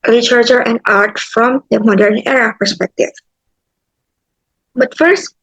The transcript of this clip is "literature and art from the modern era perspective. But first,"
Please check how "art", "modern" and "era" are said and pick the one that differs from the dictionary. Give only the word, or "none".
none